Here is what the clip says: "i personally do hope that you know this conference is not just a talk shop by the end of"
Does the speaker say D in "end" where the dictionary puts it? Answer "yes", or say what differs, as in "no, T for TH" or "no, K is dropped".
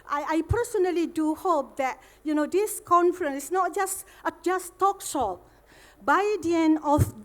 no, D is dropped